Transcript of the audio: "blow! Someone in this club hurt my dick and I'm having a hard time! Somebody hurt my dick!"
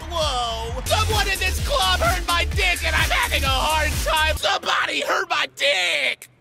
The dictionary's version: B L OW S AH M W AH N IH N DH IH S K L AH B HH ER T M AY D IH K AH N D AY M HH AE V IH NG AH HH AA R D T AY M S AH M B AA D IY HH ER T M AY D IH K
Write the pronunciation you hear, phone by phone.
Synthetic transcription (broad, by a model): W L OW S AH W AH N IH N DH IH S K L AH B HH ER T M AY D IH K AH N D AY M HH AE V IH NG AH HH AA R D T AY M S AH M B AA D IY HH ER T M AY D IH K